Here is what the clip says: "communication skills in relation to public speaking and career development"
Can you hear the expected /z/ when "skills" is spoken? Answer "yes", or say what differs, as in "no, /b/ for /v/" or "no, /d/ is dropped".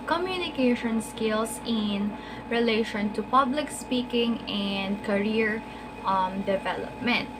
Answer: no, /s/ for /z/